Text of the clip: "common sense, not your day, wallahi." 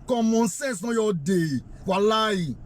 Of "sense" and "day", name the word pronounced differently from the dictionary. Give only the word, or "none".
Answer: sense